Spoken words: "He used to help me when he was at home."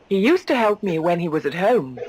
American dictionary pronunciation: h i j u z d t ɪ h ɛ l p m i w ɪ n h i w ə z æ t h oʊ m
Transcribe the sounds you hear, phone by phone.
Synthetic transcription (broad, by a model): h i j u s t ɪ h ɛ l p m i w ɪ n i w ə z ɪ t h oʊ m